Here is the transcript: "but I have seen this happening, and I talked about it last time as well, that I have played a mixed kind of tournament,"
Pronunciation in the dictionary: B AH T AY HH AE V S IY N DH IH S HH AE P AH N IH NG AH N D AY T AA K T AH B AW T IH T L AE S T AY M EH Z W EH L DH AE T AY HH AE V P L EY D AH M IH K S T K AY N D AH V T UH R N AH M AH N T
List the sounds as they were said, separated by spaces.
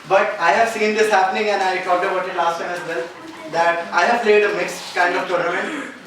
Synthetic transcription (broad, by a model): B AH T AY HH AE V S IY N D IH S HH AE P AH N IH NG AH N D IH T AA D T AH B AW T IH T L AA S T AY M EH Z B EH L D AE T AY HH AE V P L EY D AH M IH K S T K AY N D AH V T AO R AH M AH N